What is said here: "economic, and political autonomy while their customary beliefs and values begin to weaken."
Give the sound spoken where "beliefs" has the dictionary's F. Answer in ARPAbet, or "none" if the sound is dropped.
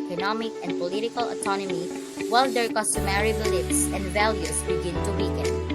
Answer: P